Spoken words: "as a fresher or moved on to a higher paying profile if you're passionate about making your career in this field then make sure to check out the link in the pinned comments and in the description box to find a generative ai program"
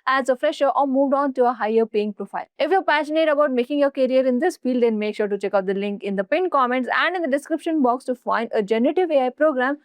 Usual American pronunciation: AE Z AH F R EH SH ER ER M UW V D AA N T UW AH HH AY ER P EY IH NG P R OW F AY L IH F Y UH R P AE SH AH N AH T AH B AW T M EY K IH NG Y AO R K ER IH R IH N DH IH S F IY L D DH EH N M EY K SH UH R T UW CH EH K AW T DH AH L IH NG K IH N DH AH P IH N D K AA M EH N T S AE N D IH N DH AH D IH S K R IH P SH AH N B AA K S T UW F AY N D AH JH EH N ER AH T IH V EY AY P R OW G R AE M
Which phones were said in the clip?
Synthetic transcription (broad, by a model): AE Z AH F R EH SH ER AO M UW V D AA N T UW AH HH AY ER P EY IH NG P R OW F AY L IH F Y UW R P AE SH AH N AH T AH B AW T M EY K IH NG Y AO R K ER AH R IH N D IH S F IY L D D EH N M EY K SH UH R T UW CH EH K AW T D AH L IH NG K IH N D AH P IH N K AA M EH N T S AE N D IH N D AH D IH S K R IH P SH AH N B AA K S T UW F AY N D AH JH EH N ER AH T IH V EY AY P R OW G R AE M